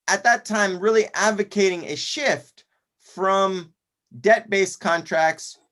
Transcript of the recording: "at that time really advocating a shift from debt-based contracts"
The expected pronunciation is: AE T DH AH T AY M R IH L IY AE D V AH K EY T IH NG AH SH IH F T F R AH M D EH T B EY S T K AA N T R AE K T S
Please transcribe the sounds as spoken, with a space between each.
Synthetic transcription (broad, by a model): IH T DH AH T AY M R IH L IY AE D V AH K EY T IH NG AH SH IH F T F R AH M D EH T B EY S K AA N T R AE K T S